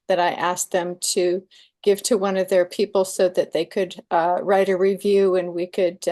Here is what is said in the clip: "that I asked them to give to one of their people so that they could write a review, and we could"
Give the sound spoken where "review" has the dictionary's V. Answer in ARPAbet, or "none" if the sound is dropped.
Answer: V